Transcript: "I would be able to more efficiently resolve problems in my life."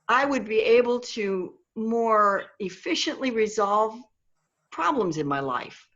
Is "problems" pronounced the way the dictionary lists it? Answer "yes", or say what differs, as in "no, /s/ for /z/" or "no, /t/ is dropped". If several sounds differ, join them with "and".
yes